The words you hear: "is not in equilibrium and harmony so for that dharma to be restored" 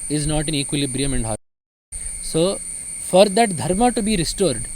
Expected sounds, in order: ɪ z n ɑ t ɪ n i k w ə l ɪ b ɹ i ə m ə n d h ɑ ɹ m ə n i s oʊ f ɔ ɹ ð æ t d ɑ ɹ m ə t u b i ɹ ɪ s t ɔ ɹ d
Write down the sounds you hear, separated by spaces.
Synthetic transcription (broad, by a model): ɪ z n ɑ t ɪ n i k w ə l ɪ b ɹ i ə m ə n d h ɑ s oʊ f ɔ ɹ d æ t d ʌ ɹ m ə t u b i ɹ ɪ s t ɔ ɹ d